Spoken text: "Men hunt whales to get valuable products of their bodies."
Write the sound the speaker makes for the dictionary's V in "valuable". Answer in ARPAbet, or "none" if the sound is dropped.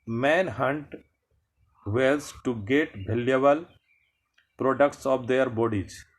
B